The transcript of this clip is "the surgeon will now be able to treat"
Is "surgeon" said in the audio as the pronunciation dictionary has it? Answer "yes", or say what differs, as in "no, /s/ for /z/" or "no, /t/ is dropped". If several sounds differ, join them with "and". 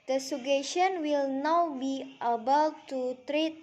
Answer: no, /ʃ/ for /dʒ/